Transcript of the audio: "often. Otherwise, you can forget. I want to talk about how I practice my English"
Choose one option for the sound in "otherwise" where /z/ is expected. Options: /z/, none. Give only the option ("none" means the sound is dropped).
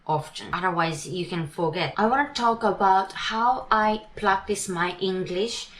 /z/